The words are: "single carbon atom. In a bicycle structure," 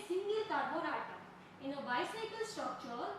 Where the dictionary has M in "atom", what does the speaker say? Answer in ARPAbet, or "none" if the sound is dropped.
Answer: none